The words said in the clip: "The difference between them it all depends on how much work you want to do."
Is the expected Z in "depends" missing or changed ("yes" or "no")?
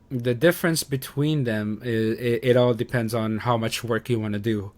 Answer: no